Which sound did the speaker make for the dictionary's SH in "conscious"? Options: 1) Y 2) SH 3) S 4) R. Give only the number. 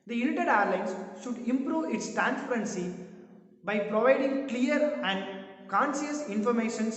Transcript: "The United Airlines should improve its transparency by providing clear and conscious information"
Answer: 3